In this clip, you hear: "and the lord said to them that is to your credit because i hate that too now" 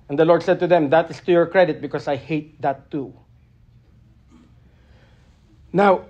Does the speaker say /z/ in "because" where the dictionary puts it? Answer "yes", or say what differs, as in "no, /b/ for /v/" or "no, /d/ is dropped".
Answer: no, /s/ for /z/